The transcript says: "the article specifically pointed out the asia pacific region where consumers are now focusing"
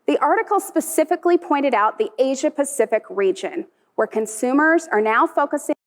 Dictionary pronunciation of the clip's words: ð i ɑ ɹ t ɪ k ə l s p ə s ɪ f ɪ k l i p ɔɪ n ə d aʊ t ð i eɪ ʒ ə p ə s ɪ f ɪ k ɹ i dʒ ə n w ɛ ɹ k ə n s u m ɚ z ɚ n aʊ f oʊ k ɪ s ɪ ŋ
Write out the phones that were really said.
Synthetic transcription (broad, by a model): ð i ɑ ɹ t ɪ k l s p ə s ɪ f ɪ k l i p ɔɪ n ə d aʊ t ð i eɪ ʒ ə p ə s ɪ f ɪ k ɹ i dʒ ə n w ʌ ɹ k ə n s u m ɚ z ɚ n aʊ f oʊ k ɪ s ɪ